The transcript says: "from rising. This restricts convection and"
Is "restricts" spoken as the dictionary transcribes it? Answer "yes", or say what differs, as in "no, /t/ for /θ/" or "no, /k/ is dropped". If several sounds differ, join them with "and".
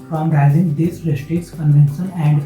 no, /k/ is dropped